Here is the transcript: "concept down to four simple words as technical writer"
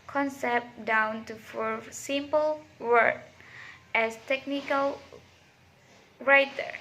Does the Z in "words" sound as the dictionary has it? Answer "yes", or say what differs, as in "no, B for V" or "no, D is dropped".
no, Z is dropped